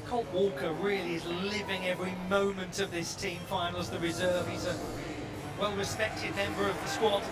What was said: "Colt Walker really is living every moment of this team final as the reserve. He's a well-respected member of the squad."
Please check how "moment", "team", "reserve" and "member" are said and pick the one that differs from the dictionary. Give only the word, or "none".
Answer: none